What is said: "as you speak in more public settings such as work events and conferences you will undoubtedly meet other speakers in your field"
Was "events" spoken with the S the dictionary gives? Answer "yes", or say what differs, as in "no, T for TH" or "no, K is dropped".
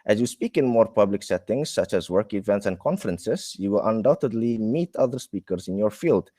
yes